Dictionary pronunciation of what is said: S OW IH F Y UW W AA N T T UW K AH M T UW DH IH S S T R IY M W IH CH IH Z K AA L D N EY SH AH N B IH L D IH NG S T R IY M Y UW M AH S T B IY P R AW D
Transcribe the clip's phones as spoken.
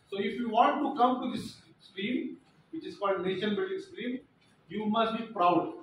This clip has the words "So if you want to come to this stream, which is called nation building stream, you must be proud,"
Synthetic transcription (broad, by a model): S OW IH F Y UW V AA N T T UW K AH M T UW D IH S S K R IY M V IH CH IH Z K AA L D N EY SH AH N B IH L D IH NG S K R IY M Y UW M AH S T B IY P R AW D